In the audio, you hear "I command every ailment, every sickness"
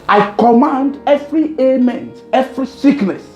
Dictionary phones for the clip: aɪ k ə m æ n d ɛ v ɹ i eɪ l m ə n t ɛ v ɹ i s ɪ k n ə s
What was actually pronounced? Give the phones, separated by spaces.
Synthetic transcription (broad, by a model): aɪ k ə m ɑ n d ɛ v ɹ i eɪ m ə n t ɛ v ɹ i s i k n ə s